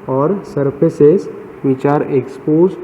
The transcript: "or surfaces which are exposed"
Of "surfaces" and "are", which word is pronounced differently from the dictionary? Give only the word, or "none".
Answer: surfaces